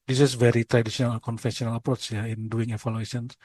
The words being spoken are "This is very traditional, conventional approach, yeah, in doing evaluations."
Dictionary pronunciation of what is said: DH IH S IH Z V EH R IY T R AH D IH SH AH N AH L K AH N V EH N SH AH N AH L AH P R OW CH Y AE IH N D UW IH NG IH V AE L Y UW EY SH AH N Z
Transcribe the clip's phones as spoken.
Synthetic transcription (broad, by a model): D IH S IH S V EH R IY T R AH D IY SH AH N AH L K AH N F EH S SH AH N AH L AH P R OW CH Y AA IH N D UW IH NG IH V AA L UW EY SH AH N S